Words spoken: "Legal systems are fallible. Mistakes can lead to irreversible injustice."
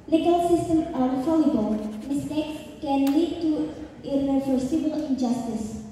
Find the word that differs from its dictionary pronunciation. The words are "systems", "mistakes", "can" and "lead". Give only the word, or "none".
systems